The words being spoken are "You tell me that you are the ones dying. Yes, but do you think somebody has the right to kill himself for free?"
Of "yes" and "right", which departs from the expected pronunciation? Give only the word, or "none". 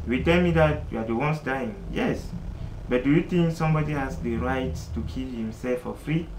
none